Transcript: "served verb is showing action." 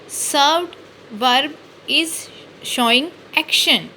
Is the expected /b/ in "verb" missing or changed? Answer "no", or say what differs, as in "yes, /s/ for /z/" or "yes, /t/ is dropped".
no